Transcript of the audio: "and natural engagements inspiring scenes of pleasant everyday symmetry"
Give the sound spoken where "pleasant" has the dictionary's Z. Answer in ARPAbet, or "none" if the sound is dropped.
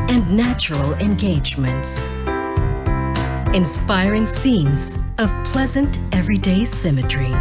Z